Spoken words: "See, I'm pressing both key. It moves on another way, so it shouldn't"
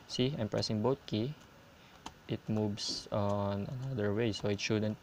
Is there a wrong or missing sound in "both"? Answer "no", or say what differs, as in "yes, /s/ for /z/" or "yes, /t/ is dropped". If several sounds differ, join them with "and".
yes, /t/ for /θ/